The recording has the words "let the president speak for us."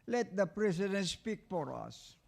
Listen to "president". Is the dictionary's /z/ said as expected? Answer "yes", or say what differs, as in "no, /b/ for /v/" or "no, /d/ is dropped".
no, /s/ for /z/